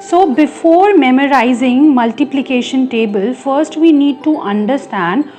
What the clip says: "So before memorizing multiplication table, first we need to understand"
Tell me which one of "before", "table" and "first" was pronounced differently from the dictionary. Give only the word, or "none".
none